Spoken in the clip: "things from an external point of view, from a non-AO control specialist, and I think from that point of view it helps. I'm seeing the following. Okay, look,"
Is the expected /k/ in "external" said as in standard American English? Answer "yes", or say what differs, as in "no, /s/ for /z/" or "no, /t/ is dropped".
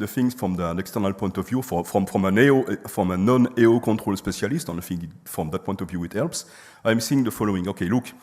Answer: yes